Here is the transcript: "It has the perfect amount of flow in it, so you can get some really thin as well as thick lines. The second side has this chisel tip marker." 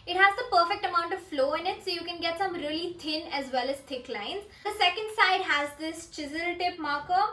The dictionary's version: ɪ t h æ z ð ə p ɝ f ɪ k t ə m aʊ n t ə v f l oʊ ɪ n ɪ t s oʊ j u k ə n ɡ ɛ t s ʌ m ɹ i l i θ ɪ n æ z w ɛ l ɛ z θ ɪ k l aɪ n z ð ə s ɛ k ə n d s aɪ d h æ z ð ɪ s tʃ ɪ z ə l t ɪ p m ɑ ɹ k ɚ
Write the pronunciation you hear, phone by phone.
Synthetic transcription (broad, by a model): ɪ t h æ z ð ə p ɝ f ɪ k t ə m aʊ n t ə v f l oʊ ɪ n ɪ t s oʊ j u k ə n ɡ ɛ t s ʌ m ɹ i l i t ɪ n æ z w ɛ l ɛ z t ɪ k l aɪ n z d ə s ɛ k ə n d s aɪ d h æ z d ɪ s tʃ ɪ z ə l t ɪ p m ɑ ɹ k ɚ